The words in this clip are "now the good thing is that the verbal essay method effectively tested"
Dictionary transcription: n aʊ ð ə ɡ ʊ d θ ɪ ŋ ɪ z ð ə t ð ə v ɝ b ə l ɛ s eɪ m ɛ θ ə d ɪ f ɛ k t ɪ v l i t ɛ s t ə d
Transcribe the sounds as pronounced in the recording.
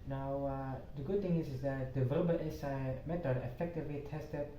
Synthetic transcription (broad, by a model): n aʊ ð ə ɡ ʊ d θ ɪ ŋ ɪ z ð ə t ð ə v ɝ b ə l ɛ s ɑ m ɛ t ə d ɪ f ɛ k t ɪ v l i t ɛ s t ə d